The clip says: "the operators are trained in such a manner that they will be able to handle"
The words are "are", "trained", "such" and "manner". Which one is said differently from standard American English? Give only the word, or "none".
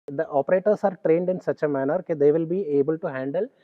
none